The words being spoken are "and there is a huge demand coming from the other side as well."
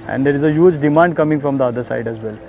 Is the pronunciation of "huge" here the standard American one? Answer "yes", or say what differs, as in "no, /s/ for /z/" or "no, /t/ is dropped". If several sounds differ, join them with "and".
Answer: yes